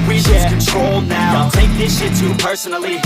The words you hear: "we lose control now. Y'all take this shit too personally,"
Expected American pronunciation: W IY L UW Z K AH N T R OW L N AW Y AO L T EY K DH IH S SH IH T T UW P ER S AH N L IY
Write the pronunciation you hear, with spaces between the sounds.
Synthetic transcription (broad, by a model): W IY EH K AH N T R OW L N AW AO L T EY K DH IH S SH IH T T UW P ER S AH N L IY